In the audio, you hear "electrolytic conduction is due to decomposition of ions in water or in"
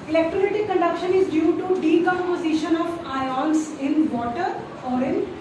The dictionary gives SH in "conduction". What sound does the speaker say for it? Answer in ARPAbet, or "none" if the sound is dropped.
SH